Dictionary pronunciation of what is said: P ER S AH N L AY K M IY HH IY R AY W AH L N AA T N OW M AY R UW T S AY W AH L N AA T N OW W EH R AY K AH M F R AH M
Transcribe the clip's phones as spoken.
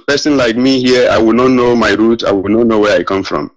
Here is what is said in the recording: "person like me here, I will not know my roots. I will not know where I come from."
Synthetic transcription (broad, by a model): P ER S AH N L AY K M IY HH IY AY W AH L N AA T N OW M AY R UW T AY W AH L N AA T N OW W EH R AY K AH M F R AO M